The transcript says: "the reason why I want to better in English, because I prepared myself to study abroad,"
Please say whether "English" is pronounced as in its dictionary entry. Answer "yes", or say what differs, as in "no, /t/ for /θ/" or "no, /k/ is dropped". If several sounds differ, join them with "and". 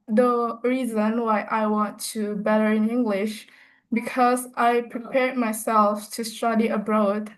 yes